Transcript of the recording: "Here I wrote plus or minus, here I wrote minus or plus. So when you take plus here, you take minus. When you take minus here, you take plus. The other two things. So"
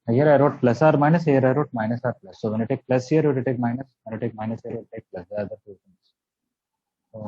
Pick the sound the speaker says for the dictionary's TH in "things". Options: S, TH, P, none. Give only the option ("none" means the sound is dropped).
S